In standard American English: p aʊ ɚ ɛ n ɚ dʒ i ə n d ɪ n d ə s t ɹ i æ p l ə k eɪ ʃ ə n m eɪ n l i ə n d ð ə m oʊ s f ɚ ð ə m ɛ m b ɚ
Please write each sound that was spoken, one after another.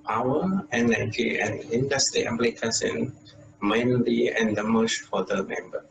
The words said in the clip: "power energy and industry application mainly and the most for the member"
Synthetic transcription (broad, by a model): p aʊ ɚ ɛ n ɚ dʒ i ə n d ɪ n d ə s t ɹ i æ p l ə k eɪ s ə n m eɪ n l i ə n d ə m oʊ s f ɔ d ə m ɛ m b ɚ